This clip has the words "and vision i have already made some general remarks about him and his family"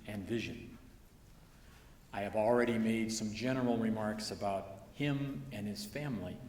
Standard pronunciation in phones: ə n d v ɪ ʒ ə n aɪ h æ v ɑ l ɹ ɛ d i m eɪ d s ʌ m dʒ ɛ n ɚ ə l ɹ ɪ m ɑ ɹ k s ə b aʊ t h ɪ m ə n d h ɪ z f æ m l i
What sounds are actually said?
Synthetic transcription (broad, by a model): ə n v ɪ ʒ ə n aɪ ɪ v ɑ l ɹ ɛ d i m eɪ d s ʌ m dʒ ɛ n ɚ l ɹ ɪ m ɑ ɹ k s ə b aʊ t h ɪ m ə n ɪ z f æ m l i